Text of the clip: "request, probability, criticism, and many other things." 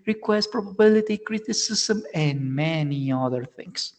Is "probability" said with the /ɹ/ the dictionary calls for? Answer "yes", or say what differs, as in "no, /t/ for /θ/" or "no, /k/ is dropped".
yes